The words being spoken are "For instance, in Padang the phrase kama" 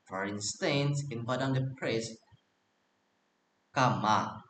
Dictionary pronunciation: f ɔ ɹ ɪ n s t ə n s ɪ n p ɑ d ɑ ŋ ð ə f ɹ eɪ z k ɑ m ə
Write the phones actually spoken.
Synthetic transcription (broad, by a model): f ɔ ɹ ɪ n s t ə n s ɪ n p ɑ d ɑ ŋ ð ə p ɹ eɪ s k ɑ m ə